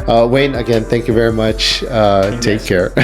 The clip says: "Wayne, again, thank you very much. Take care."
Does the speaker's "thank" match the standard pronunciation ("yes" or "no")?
yes